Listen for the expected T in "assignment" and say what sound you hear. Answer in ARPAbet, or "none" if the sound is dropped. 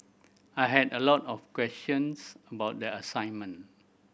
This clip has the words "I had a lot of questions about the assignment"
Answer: none